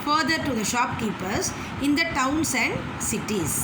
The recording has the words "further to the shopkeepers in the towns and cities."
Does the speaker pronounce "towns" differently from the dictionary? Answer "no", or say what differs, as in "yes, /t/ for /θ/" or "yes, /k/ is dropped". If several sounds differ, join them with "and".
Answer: yes, /s/ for /z/